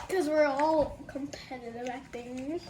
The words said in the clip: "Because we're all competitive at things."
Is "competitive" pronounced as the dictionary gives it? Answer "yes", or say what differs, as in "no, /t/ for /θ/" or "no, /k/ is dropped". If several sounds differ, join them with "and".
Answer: no, /b/ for /v/